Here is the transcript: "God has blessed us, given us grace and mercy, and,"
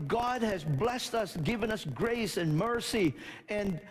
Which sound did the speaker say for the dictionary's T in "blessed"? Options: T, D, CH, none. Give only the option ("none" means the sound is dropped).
T